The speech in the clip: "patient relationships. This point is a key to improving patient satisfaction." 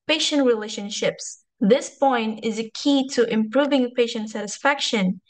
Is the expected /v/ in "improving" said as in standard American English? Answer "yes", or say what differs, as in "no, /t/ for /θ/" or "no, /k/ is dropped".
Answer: yes